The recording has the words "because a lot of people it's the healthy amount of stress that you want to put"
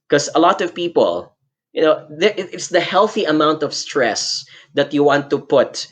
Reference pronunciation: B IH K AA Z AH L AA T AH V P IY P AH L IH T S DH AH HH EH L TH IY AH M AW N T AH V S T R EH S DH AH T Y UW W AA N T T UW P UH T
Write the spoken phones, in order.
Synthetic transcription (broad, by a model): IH K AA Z AH L AA T AH V P IY P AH L IH T S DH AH HH EH L TH IY AH M AW N T AH V S T R EH S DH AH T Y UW W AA N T T UW P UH T